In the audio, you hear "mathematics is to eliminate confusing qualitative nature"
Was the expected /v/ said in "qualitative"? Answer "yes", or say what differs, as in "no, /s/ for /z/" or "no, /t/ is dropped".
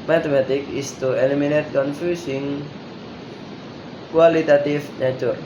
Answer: no, /f/ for /v/